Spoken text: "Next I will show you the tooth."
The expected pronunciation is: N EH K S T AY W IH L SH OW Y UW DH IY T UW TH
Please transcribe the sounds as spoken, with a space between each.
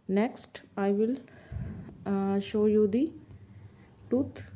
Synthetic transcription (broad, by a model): N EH K S T AY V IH L SH OW Y UW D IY T UW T